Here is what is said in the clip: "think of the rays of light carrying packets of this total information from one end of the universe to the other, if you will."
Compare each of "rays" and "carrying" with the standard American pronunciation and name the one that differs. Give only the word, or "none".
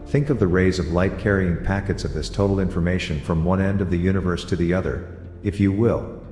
none